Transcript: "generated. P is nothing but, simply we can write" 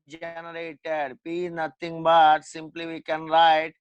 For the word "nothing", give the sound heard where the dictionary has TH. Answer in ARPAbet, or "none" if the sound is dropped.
T